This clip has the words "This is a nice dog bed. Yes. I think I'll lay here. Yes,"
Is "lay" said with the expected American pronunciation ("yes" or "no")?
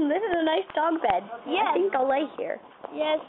yes